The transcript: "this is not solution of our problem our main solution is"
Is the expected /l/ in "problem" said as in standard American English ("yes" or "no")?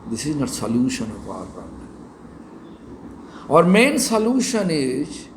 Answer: no